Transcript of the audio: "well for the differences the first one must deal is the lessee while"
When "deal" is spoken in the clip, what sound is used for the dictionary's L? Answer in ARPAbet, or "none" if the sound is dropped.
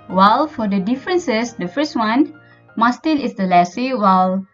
N